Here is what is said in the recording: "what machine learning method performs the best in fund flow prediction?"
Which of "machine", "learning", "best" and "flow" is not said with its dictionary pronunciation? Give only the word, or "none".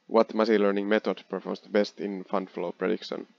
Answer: machine